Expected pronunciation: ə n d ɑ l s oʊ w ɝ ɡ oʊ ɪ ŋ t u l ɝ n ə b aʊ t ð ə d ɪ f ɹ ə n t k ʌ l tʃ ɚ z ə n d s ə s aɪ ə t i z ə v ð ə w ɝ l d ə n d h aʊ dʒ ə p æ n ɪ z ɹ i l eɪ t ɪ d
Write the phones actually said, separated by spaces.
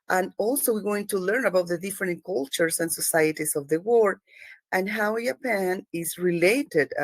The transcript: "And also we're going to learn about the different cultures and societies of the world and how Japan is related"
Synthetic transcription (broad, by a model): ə n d ɑ l s oʊ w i ɡ oʊ ɪ ŋ t u l ɝ n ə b aʊ t ð ə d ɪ f ɹ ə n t k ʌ l tʃ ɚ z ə n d s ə s aɪ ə t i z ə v ð ə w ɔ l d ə n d h aʊ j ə p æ n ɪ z ɹ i l eɪ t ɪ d